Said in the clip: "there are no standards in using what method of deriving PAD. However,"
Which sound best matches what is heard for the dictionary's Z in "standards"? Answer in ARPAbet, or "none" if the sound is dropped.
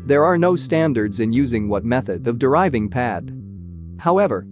Z